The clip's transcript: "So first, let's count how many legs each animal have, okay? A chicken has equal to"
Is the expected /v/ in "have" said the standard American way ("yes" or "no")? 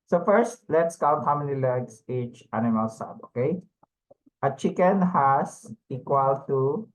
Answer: no